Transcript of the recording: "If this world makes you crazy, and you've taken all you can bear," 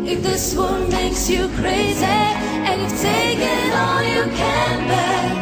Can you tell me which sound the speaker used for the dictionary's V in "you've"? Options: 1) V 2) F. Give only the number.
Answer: 2